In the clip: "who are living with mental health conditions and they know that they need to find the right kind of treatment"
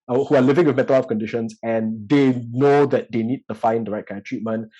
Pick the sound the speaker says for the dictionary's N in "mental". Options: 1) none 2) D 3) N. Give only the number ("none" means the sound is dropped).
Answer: 1